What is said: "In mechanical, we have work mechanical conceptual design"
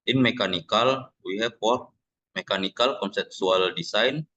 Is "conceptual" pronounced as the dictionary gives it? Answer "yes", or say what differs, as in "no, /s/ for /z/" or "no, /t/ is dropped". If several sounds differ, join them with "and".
no, /s/ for /tʃ/